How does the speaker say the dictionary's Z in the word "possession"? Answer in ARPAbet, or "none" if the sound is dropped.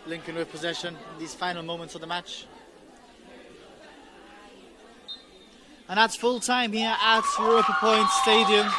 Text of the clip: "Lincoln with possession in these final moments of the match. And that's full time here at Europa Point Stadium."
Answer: Z